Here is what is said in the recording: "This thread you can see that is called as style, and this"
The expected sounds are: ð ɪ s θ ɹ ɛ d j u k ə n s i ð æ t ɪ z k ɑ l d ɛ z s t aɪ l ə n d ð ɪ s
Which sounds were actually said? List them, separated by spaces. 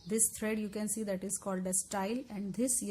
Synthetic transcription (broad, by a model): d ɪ s t ɹ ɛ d j u k ə n s i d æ t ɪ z k ɑ l d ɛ s t aɪ l ə n d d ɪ s